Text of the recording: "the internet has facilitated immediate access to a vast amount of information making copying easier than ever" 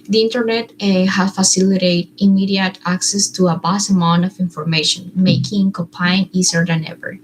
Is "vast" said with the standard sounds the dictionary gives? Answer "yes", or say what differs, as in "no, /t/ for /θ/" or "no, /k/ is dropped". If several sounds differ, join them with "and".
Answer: no, /b/ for /v/ and /t/ is dropped